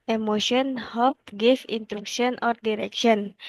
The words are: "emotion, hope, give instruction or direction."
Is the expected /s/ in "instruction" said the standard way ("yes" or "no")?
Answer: no